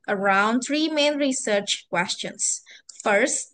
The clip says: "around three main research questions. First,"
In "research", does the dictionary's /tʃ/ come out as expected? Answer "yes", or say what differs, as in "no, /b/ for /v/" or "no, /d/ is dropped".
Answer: yes